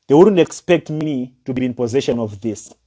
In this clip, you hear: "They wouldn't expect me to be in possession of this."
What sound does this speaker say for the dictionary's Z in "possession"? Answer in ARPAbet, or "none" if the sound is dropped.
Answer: Z